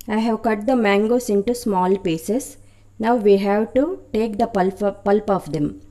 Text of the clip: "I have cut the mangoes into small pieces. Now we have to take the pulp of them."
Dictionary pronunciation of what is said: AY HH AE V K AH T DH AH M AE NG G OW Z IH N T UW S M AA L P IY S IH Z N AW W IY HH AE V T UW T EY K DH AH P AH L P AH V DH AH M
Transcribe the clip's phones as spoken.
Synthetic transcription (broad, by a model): AY HH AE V K AH T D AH M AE NG G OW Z IH N T UW S M AA L P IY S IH S N AW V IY HH AE V T UW T EY K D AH P AH L P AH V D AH M